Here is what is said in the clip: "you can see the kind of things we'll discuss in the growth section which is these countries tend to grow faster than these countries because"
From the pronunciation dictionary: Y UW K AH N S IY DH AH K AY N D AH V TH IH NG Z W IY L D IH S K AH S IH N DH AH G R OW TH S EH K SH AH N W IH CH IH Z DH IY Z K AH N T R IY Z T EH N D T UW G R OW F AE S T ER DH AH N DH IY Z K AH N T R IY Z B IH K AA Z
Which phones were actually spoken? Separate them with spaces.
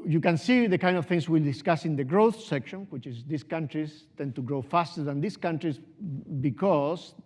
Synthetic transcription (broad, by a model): Y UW K AH N S IY DH AH K AY N D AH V TH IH NG S W IY L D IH S K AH S IH N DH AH G R OW TH S EH K SH AH N W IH CH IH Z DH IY S K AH N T R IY S T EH N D T UW G R OW F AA S T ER DH AH N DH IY S K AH N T R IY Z B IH K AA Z